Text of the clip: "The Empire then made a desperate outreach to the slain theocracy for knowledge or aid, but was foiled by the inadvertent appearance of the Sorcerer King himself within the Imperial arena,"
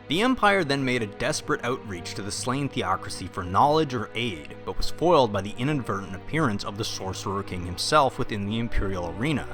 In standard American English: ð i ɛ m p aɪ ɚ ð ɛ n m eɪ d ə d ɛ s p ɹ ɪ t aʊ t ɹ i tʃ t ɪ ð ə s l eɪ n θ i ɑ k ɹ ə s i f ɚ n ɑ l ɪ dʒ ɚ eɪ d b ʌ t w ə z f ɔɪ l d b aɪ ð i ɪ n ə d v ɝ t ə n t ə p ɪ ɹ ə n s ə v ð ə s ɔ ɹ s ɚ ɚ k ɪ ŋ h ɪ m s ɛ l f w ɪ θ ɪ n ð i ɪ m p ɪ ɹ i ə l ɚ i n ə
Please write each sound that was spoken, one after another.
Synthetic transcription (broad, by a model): ð i ɛ m p aɪ ɚ ð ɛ n m eɪ d ə d ɛ s p ɹ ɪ t aʊ t ɹ i tʃ t ɪ ð ə s l eɪ n θ i ɑ k ɹ ə s i f ɚ n ɑ l ɪ dʒ ɚ eɪ d b ʌ t w ə z f ɔɪ l d b aɪ ð i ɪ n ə d v ɝ t n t ə p ɪ ɹ ə n s ə v ð ə s ɔ ɹ s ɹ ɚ k ɪ ŋ h ɪ m s ɛ l f w ɪ θ ɪ n ð i ɪ m p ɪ ɹ i l ɚ i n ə